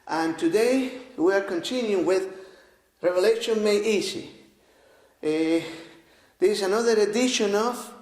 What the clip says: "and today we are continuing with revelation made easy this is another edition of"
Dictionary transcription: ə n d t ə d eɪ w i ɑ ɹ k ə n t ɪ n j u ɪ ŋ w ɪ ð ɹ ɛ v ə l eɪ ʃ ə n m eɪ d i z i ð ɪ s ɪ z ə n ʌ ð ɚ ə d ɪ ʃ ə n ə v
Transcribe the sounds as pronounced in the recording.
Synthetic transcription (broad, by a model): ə n t ə d eɪ w i ɑ ɹ k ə n s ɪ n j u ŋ w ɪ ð ɹ ɛ v ə l eɪ ʃ ə n m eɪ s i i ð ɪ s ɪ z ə n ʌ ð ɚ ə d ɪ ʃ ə n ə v